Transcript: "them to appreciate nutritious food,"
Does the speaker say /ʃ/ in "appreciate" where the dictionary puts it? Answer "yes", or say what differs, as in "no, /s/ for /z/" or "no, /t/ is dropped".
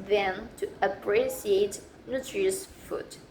no, /s/ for /ʃ/